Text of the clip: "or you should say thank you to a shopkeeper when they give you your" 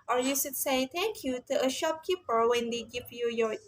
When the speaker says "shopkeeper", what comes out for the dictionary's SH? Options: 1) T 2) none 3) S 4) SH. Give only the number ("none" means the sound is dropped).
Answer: 4